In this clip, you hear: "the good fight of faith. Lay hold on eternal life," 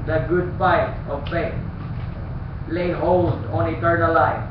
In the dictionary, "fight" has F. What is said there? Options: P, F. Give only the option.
P